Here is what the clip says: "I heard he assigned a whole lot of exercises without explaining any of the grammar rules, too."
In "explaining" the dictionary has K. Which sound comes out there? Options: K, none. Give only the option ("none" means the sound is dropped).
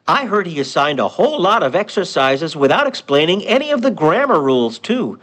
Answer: K